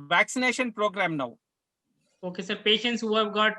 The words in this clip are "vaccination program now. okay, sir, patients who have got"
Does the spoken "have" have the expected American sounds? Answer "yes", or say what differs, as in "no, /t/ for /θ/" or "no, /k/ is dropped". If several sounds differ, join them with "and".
yes